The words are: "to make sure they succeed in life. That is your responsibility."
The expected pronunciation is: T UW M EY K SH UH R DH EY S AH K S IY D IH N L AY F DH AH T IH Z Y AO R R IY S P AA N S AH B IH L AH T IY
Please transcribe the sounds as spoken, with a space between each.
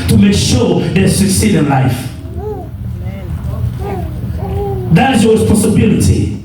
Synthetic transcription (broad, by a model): T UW M EY K SH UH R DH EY S AH K S IY D IH N L AY F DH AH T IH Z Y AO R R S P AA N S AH B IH L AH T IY